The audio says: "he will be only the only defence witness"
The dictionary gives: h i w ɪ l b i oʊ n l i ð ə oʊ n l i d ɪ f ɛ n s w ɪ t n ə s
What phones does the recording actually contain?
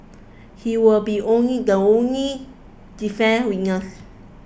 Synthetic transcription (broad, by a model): h i w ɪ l b i oʊ n l i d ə oʊ n l i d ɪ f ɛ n w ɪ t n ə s